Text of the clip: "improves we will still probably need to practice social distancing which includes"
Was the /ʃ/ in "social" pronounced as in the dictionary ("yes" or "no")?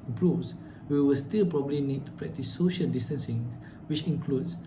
yes